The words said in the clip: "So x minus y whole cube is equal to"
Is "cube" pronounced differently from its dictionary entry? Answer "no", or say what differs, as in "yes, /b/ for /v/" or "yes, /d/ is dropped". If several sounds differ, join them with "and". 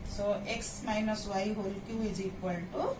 yes, /b/ is dropped